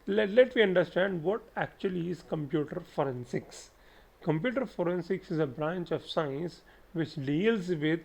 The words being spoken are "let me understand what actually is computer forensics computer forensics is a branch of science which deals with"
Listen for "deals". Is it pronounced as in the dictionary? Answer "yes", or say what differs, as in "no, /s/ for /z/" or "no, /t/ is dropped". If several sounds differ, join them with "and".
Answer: yes